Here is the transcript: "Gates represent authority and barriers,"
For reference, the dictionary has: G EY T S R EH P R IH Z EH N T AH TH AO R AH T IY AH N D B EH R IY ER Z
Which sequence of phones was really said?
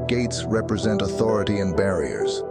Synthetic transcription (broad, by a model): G EY T S R EH P R IH Z EH N T AH TH AO R AH T IY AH N B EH R IY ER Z